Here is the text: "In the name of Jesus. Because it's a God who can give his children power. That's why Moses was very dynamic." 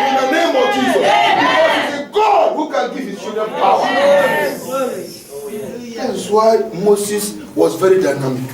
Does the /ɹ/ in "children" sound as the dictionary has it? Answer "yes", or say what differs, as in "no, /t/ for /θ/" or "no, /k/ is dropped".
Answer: no, /w/ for /ɹ/